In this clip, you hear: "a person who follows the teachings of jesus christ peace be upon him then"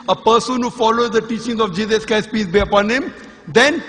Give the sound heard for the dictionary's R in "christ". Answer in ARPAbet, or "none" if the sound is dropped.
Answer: none